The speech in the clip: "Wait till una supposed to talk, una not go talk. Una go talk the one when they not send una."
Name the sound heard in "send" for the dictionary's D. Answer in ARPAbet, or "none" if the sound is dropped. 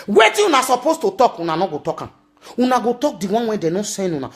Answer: none